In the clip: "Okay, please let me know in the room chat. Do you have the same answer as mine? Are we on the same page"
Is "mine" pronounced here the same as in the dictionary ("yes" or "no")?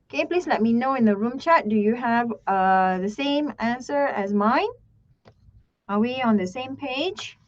yes